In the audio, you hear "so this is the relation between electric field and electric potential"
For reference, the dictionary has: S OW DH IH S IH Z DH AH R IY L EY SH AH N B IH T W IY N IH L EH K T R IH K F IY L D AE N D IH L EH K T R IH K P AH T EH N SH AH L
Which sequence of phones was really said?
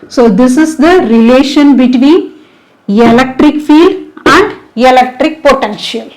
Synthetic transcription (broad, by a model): S OW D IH S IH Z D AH R IY L EY SH AH N B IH T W IY N IH L EH K T R IH K F IY L D AE N D IH L EH K T R IH K P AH T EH N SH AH L